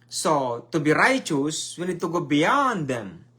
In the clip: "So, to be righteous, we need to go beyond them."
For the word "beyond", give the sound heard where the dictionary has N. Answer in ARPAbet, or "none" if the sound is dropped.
N